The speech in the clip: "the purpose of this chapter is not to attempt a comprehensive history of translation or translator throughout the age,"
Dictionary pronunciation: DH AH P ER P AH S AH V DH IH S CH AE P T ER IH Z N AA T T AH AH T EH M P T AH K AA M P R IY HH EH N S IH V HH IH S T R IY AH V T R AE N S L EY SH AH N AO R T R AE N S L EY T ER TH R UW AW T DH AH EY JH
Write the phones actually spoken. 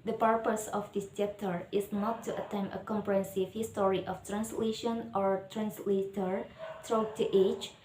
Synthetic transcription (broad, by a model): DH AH P ER P AH S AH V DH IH S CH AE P T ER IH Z N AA T T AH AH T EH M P AH K AA M P R IY HH EH N S IH V HH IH S T R IY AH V T R AE N S L EY SH AH N AO R T R AE N S L EY T ER T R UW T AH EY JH